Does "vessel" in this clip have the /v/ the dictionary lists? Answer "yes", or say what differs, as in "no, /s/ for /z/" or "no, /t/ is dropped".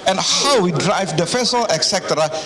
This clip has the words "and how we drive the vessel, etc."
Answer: no, /f/ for /v/